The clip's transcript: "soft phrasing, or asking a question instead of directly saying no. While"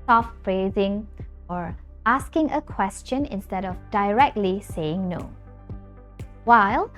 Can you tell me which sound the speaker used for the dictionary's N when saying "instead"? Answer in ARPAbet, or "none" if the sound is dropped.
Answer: N